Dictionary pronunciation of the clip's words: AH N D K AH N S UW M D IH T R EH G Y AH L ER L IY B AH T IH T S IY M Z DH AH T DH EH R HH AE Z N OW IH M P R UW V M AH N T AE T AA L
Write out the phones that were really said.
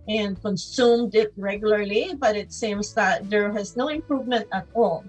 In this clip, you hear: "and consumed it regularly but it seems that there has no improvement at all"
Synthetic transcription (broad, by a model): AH N D K AH N S UW M D IH T R EH G Y AH L ER L IY B AH T IH T S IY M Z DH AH T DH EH R HH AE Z N OW IH M P R UW V M AH N T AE T AA L